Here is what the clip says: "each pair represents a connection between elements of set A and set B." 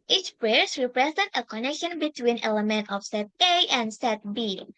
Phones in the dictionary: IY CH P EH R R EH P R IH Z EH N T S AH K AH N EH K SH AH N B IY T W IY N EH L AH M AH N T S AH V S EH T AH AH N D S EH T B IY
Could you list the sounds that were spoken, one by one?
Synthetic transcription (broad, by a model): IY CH P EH R R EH P R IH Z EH N T AH K AH N EH K SH AH N B IY T W IY N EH L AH M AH N T AH F S EH T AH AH N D S EH T B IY